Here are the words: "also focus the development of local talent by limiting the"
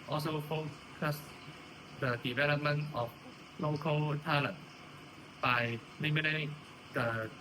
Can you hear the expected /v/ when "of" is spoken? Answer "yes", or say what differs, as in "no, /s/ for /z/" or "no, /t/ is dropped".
no, /f/ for /v/